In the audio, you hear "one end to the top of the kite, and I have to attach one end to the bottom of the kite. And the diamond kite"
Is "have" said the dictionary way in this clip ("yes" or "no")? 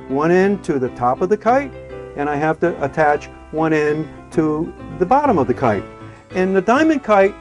no